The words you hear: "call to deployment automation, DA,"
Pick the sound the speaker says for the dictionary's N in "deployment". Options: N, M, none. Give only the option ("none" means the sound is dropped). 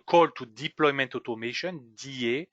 N